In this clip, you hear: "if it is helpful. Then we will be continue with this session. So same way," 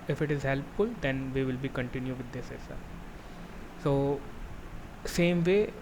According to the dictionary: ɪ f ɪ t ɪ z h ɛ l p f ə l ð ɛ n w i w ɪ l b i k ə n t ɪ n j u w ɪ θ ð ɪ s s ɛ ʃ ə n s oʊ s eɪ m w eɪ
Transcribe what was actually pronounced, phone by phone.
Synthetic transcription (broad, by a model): ɪ f ɪ t ɪ z h ɛ l p f ə l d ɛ n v i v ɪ l b i k ə n t ɪ n j u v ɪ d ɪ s s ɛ s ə s oʊ s eɪ m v eɪ